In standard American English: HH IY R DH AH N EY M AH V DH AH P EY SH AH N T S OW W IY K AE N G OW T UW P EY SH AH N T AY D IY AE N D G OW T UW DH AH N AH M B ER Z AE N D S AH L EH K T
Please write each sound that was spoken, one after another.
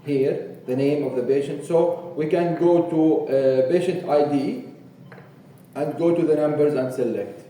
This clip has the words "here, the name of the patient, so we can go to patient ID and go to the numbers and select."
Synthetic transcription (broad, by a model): HH IY R DH AH N EY M AH V DH AH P EY SH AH N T S OW W IY K AE N G OW T UW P EY SH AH N T AY D IY AE N D G OW T UW DH AH N AH M B ER Z AE N D S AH L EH K T